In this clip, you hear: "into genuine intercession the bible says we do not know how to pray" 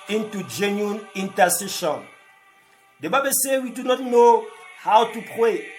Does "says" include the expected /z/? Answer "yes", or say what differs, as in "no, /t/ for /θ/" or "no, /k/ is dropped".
no, /z/ is dropped